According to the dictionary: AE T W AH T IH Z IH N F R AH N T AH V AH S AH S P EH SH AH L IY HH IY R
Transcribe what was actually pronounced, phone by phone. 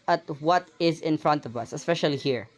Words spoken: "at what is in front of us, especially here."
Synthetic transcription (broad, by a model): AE T W AH T IH Z IH N F R AH N T AH V AH S AH S P EH SH AH L IY HH IY R